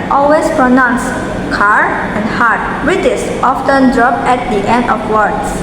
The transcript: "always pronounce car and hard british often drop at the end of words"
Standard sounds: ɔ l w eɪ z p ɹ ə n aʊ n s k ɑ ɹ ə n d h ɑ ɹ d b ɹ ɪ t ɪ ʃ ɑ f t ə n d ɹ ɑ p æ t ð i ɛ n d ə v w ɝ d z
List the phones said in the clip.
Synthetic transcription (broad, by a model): ɔ l w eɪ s p ɹ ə n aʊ n s k ɑ ɹ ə n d h ɑ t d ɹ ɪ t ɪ s ɑ f t ə n d ɹ ɑ p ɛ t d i ɛ n d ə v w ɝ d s